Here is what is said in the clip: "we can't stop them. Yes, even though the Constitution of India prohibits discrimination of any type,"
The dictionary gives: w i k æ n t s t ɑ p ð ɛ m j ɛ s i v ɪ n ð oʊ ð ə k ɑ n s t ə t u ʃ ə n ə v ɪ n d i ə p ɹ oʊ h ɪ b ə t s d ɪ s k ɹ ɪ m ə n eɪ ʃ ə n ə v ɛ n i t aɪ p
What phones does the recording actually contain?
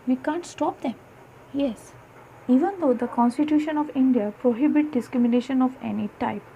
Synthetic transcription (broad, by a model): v i k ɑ n t s t ɑ p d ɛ m j ɛ s i v ɪ n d oʊ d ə k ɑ n s t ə t u ʃ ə n ə v ɪ n d i ə p ɹ oʊ h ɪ b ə t d ɪ s k ɹ ɪ m ə n eɪ ʃ ə n ə v ɛ n i t aɪ p